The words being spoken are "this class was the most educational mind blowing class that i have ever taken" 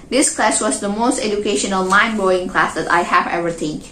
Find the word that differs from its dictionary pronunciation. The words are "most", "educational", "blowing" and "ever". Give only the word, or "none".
blowing